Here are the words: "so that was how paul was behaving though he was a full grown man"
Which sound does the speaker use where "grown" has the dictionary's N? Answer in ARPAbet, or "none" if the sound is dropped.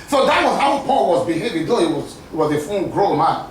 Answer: L